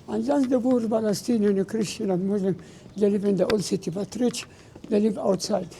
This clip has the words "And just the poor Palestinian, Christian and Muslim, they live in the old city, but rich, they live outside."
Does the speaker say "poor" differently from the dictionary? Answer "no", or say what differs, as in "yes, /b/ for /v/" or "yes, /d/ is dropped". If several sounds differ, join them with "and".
yes, /b/ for /p/